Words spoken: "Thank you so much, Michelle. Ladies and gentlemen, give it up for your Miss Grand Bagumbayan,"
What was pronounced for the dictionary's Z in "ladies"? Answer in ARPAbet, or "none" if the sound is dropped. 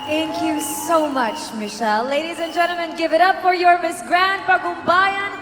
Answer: Z